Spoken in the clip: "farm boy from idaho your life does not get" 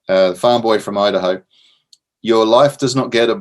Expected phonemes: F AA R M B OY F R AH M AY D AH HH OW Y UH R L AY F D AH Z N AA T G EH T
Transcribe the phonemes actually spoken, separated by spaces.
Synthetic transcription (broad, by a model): F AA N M B OY F R AH M AY D AH HH OW Y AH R L AY F D AH Z N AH T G EH T